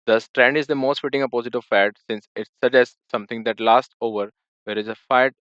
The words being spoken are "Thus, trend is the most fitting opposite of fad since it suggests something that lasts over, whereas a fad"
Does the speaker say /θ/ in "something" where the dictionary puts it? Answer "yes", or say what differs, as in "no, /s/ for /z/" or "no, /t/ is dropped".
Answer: no, /t/ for /θ/